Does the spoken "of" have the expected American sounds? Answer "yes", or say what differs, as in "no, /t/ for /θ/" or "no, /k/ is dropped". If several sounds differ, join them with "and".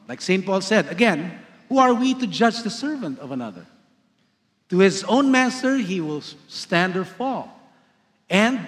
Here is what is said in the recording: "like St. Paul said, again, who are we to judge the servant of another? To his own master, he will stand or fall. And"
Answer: yes